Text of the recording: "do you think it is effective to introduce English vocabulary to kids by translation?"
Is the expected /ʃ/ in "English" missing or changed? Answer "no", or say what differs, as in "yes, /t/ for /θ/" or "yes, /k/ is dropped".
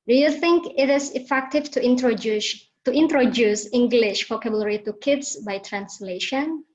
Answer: no